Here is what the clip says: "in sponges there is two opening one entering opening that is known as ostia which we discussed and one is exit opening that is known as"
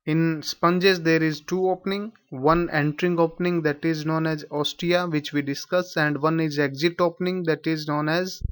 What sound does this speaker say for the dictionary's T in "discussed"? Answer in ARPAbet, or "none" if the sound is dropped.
none